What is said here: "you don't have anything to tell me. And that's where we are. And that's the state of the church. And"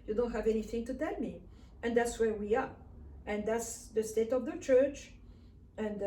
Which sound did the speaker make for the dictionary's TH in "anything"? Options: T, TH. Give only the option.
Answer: TH